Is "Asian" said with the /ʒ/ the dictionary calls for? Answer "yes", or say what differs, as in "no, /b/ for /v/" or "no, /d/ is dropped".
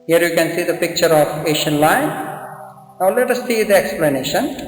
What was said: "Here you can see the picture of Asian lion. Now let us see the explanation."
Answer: no, /ʃ/ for /ʒ/